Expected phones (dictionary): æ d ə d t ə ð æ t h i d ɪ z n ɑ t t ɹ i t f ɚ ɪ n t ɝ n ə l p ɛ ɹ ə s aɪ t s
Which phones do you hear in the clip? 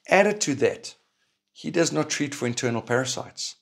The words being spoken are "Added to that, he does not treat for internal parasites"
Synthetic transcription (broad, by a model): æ d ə d t ə ð æ t h i d ɪ z n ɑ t t ɹ i t f ɚ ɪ n t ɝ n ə l p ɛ ɹ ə s aɪ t s